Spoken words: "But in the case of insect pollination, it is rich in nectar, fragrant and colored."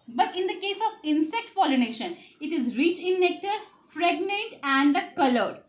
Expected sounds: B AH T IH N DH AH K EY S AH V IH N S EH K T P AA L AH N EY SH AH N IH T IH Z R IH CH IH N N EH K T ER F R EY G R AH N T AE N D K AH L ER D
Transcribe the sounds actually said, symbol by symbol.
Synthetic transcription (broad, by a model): B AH T IH N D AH K EY S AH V IH N S EH K T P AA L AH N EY SH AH N IH T IH Z R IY CH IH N N EH K T ER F R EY G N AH N T AE N D K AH L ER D